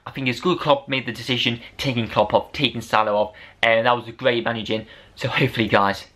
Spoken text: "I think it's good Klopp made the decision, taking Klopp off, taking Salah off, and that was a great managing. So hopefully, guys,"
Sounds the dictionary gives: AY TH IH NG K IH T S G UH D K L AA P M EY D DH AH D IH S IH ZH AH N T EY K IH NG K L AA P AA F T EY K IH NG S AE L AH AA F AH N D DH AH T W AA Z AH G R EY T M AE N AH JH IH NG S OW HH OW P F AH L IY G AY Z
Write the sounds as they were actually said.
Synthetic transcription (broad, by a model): AY TH IH NG K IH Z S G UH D K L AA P M EY D DH AH D IH S IH ZH AH N T EY K IH NG K L AA P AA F T EY K IH NG S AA L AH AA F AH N DH AH T W AA Z AH G R EY T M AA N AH JH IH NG S OW HH OW P F AH L IY G AY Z